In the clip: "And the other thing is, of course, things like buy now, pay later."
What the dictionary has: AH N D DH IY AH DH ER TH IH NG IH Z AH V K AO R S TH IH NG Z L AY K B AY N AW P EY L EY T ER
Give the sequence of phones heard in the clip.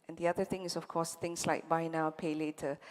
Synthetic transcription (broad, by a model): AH N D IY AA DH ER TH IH NG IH S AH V K AO S T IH NG S L AY K B AY N AW P EY L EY T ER